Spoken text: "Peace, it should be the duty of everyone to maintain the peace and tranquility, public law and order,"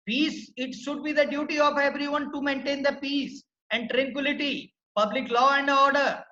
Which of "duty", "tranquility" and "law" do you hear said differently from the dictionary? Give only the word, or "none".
none